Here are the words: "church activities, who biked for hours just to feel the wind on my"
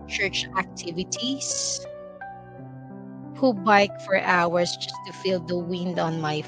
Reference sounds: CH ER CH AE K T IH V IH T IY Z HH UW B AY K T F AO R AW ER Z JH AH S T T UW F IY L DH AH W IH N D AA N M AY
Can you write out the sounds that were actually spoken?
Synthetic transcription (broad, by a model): CH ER CH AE K T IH V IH T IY S HH UW B AY K F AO R AW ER S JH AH S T T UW F IY L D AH W IH N D AA N M AY